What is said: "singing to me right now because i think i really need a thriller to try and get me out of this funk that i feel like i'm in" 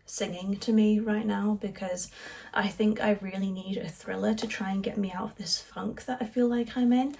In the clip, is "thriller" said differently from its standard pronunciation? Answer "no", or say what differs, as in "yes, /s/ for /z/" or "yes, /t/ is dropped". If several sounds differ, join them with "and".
no